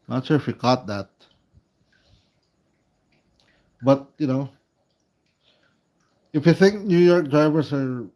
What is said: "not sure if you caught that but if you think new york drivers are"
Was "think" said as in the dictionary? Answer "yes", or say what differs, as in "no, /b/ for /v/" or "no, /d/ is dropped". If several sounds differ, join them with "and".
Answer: yes